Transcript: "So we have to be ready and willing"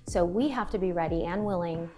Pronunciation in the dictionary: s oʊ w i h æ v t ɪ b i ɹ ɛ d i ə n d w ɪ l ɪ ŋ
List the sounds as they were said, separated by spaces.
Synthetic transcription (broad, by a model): s oʊ w i h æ f t ɪ b i ɹ ɛ d i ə n w ɪ l ɪ ŋ